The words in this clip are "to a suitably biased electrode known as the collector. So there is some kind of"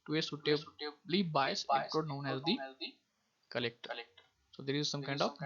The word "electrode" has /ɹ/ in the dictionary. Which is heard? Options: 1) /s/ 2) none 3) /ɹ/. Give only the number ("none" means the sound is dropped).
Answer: 2